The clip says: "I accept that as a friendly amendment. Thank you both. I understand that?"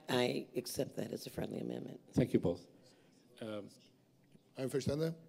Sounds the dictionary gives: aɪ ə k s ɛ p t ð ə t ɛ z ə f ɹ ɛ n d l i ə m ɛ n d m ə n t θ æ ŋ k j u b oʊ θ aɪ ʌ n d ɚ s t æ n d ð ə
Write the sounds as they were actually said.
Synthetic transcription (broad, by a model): aɪ ə k s ɛ p t ð ə t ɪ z ə f ɹ ɛ n d l i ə m ɛ n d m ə n t θ æ ŋ k j u b oʊ θ aɪ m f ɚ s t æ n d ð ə